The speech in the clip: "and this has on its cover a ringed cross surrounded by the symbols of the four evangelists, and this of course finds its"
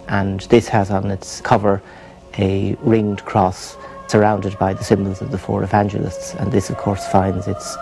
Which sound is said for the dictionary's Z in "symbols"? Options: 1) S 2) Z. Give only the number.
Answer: 2